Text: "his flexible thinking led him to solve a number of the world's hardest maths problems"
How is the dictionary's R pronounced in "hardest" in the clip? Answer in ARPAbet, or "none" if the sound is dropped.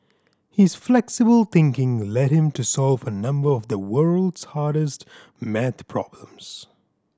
R